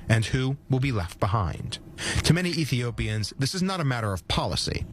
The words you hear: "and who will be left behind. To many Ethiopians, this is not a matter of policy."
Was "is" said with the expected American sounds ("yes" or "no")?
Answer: yes